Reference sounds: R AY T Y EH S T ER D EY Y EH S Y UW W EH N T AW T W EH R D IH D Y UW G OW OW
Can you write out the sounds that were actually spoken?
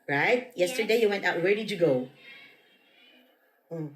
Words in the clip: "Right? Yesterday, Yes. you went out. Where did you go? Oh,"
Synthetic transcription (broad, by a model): R AY T Y EH S T ER D EY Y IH Y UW W EH N T AW T W EH R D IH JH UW G OW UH